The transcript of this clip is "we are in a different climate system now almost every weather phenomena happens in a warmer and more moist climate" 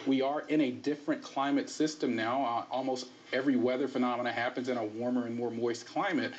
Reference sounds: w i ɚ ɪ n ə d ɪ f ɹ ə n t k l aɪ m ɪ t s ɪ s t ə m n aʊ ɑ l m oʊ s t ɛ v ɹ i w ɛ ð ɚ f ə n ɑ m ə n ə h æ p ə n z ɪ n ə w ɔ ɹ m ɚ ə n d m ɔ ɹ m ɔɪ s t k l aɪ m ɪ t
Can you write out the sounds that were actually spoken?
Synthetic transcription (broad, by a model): w i ɚ ɪ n ə d ɪ f ɹ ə n k l aɪ m ɪ t s ɪ s t ə m n aʊ ɑ l m oʊ s t ɛ v ɹ i w ɛ ð ɚ f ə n ɑ m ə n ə h æ p ə n z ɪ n ə w ɔ ɹ m ɚ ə n m ɔ ɹ m ɔɪ s k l aɪ m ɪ t